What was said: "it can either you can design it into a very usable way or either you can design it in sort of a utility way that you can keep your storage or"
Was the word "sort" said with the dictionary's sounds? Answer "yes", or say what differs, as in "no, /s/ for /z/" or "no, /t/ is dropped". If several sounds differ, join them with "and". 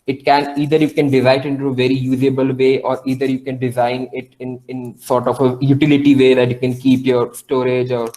yes